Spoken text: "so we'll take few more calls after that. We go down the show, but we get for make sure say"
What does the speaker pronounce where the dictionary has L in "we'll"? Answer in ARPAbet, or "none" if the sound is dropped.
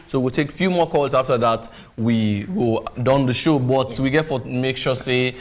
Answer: L